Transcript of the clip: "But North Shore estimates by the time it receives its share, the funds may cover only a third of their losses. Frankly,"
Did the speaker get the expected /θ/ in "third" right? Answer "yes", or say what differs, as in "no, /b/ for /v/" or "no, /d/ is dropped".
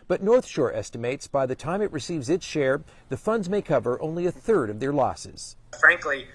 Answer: yes